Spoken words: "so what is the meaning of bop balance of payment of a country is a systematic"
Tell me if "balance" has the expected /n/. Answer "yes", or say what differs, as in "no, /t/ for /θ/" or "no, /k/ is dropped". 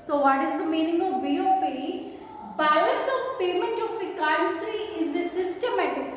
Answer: no, /n/ is dropped